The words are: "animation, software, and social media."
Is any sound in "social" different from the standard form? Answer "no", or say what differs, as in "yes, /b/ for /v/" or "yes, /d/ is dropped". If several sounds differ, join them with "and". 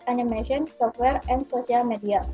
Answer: yes, /s/ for /ʃ/